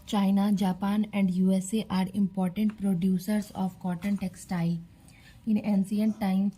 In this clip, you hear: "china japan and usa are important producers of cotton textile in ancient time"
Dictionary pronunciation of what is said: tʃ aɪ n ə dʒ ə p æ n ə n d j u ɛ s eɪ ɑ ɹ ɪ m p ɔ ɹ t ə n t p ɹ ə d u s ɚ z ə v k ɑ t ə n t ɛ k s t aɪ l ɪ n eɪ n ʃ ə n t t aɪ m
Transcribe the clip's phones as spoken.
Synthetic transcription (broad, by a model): tʃ aɪ n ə dʒ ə p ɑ n ə n d j u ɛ s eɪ ɑ ɹ ɪ m p ɔ ɹ t ə n t p ɹ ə d u s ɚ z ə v k ɑ t ə n t ɛ k s t aɪ l ɪ n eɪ n s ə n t t aɪ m